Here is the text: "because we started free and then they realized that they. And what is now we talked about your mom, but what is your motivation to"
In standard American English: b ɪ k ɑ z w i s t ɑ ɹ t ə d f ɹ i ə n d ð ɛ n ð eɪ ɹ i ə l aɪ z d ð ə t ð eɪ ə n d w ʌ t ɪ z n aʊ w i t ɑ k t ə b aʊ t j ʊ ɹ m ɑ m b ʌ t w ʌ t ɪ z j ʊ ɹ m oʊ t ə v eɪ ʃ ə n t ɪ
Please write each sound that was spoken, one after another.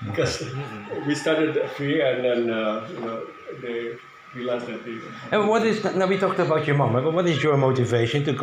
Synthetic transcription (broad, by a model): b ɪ k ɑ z w i s t ɑ ɹ t ə d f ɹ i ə n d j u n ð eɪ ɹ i l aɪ s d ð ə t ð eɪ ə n w ʌ t ɪ z n aʊ w i t ɑ k t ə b aʊ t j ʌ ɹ m ɑ m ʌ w w ʌ t ɪ z j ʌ ɹ m oʊ t ə v eɪ ʃ ə n t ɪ